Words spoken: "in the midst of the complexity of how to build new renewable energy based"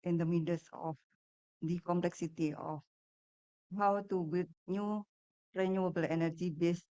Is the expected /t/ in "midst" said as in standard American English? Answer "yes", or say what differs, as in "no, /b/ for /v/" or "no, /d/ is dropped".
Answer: no, /t/ is dropped